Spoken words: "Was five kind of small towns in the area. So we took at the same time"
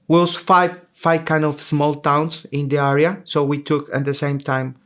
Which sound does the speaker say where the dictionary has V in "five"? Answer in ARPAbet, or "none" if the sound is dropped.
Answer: F